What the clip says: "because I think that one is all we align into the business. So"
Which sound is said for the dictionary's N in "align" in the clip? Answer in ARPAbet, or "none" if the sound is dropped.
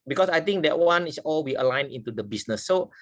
N